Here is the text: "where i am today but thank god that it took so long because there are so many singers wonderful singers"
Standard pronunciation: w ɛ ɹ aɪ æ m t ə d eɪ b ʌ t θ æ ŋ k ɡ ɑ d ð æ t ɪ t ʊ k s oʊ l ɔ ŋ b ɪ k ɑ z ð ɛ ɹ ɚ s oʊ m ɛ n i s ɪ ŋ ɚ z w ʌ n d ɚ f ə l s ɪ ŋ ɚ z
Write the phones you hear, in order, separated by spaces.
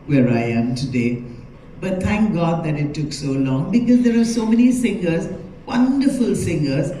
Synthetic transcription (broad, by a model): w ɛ ɹ aɪ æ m t ə d eɪ b ʌ t t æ ŋ k ɡ ɑ d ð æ t ɪ t ʊ k s oʊ l ɔ ŋ b ɪ k ɑ z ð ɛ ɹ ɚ s oʊ m ɛ n i s ɪ ŋ ɚ z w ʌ n d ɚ f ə l s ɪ ŋ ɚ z